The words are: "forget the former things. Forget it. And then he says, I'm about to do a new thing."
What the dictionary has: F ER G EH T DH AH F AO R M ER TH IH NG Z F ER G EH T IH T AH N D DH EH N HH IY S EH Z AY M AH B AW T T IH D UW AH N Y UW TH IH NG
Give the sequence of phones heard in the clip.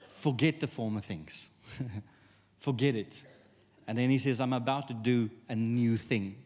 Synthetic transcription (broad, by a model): F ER G EH T DH AH F AO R M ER TH IH NG Z F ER G EH T IH T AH N DH EH N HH IY S EH Z AY M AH B AW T T IH D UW AH N Y UW TH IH NG